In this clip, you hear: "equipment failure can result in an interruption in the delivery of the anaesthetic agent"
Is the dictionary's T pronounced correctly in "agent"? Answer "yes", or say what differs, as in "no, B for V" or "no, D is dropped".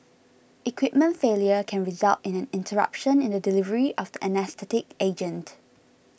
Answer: yes